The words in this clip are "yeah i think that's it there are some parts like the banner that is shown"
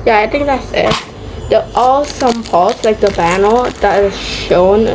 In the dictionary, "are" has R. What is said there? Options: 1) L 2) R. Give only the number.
1